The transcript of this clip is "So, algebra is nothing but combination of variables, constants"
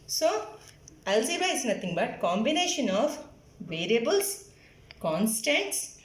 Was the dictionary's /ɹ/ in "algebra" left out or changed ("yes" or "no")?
yes